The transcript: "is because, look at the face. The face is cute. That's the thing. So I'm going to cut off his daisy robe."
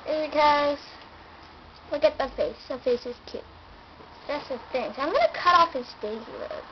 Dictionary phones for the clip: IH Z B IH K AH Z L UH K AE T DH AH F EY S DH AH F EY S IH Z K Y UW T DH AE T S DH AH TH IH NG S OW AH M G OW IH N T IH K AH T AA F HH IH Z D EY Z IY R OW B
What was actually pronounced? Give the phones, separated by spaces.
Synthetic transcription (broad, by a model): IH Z B IH K AH Z W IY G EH T DH AH F EY S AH F EY S IH Z K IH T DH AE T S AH TH IH NG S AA AH M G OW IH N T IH K AH T AA F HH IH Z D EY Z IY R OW